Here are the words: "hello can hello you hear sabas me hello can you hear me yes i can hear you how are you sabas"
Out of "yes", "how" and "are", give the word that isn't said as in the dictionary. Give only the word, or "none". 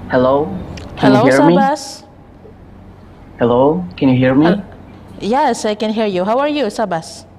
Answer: none